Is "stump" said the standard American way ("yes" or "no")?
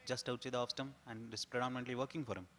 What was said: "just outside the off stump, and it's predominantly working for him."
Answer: no